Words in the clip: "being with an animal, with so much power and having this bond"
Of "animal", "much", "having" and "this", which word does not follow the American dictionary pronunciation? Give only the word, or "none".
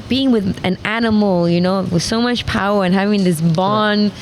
animal